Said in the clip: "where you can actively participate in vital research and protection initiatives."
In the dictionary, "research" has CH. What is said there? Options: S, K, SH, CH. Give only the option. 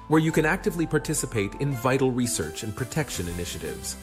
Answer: CH